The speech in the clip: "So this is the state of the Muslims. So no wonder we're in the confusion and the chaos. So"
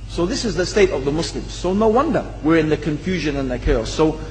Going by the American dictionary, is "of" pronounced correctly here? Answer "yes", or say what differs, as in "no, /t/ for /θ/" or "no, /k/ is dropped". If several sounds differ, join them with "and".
yes